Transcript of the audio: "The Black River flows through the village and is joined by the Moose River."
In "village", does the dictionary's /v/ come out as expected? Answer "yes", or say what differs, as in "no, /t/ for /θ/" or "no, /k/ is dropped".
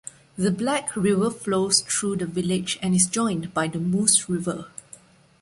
yes